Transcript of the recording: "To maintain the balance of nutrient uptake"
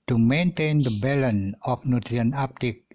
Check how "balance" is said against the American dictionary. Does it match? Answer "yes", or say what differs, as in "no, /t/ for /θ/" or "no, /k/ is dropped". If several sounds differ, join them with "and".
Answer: no, /s/ is dropped